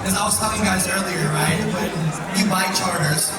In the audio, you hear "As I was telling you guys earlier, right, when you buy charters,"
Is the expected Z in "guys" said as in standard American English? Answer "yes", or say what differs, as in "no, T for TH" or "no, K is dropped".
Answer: yes